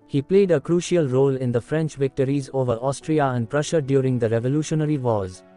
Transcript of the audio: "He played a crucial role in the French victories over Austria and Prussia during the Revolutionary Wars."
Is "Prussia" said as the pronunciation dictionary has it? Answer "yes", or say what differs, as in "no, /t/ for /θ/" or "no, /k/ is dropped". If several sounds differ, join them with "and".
yes